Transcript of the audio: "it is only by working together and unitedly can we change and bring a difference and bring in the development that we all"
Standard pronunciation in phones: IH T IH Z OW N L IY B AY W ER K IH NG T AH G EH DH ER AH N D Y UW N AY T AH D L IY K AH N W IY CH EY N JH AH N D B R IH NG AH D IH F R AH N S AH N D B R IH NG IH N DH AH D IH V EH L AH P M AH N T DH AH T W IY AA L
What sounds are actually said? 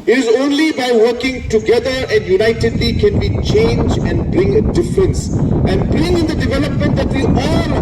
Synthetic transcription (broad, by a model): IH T IH Z OW N L IY B AY W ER K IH NG T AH G EH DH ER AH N Y UW N AY T AH D L IY K AH N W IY CH EY N JH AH N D B R IH NG AH D IH F R AH N S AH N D B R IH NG IH N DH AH D IH V EH L AH P M AH N T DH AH T W IY AA L